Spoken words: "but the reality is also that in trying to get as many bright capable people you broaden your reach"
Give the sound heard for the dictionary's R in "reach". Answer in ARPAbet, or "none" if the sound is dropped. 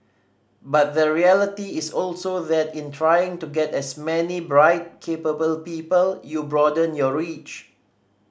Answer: R